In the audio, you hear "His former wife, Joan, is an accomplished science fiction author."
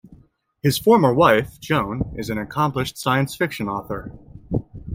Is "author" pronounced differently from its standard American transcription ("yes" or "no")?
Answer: no